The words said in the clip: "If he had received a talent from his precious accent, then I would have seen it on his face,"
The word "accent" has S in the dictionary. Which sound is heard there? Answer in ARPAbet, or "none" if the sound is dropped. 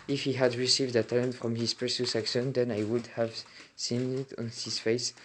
SH